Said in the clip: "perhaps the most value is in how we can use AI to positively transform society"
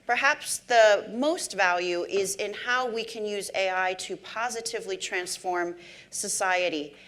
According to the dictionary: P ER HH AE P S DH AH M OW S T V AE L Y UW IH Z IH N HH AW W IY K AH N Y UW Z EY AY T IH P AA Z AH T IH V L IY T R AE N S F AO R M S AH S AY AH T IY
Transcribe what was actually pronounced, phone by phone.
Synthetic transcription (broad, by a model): P ER HH AE P S DH AH M OW S T V AE L Y UW IH Z IH N HH AW W IY K AH N Y UW Z EY AY T IH P AA Z AH T IH V L IY T R AE N S F AO R M S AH S AY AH T IY